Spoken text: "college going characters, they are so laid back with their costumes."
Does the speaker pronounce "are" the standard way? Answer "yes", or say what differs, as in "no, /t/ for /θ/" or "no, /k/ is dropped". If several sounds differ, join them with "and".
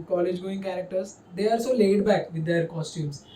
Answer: no, /l/ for /ɹ/